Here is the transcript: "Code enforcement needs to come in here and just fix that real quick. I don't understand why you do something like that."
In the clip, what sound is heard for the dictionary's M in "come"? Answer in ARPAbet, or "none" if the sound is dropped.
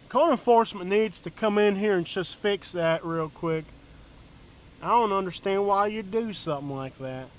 M